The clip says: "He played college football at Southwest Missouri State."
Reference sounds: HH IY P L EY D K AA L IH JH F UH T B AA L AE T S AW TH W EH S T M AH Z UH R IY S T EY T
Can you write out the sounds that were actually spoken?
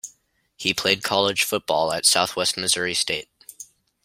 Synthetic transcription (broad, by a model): HH IY P L EY D K AA L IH ZH F UH T B AA L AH T S AW TH W EH S T M AH Z UH R IY S T EY T